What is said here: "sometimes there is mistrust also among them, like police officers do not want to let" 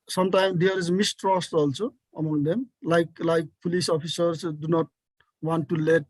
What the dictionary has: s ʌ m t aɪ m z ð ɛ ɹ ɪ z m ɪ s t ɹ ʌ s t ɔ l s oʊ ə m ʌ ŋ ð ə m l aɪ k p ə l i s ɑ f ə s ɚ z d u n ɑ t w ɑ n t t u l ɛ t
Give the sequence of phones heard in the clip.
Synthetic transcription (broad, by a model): s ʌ m t aɪ m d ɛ ɹ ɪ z m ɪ s t ɹ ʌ s t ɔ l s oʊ ə m ʌ ŋ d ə m l aɪ k p ə l i s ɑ p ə s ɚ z d u n ɑ t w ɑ n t t u l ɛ t